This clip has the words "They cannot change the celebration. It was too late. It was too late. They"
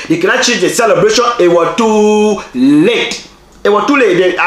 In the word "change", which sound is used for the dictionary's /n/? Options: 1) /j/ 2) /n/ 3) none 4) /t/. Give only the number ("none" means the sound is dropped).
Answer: 3